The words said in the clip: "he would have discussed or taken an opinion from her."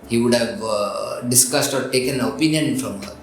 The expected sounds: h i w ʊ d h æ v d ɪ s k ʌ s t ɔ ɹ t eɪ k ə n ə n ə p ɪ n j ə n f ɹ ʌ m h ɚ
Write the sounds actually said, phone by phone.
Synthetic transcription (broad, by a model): h i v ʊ d h æ v d ɪ s k ʌ s t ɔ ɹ t eɪ k ə n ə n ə p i n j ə n f ɹ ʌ m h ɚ